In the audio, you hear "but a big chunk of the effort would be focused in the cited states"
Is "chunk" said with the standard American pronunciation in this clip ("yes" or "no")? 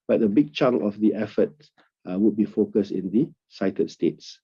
no